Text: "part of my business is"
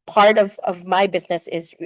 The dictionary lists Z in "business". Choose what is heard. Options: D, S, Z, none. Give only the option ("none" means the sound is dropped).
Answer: Z